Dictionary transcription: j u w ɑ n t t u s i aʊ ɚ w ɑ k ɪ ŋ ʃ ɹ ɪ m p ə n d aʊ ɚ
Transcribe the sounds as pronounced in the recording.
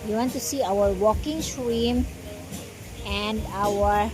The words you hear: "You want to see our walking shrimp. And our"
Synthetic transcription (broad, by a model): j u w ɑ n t t u s i aʊ ɚ w ɑ k ɪ ŋ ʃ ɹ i m ə n d aʊ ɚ